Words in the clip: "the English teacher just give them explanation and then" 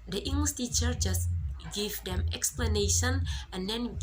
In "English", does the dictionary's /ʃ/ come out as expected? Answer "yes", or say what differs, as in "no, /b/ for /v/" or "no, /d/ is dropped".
no, /s/ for /ʃ/